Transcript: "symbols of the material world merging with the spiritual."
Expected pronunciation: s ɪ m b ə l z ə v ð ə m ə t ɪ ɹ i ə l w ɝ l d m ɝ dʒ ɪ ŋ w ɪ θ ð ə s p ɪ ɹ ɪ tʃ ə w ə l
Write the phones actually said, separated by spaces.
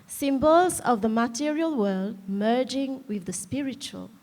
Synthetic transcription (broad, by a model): s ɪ m b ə l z ə v ð ə m ə t ɪ ɹ i ə l w ɝ l d m ɝ dʒ ɪ ŋ w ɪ ð ə s p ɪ ɹ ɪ tʃ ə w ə l